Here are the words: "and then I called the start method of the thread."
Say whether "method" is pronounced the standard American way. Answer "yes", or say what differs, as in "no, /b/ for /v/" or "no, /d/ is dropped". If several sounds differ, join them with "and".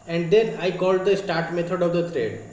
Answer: no, /t/ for /θ/